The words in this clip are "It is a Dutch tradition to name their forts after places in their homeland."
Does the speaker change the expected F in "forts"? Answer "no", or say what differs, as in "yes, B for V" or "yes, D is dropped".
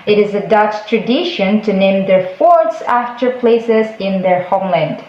no